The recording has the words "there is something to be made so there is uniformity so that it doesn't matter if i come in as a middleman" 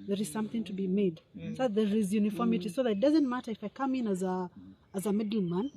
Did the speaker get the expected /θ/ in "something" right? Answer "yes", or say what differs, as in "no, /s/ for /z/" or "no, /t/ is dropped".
yes